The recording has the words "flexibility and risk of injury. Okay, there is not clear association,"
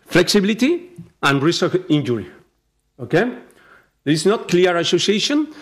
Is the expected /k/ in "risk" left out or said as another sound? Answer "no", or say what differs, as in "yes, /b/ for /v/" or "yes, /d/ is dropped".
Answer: yes, /k/ is dropped